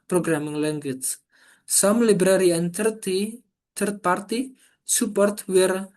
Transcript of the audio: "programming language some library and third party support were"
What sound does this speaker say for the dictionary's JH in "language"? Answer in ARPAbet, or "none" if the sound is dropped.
CH